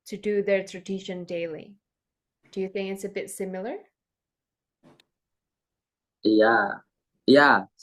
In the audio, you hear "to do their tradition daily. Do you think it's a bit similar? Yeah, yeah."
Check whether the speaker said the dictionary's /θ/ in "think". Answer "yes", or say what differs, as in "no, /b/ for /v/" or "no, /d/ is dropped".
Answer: yes